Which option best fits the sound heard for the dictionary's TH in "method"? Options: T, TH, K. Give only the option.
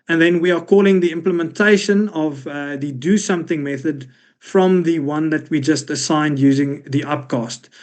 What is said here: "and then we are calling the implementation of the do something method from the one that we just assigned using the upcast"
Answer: TH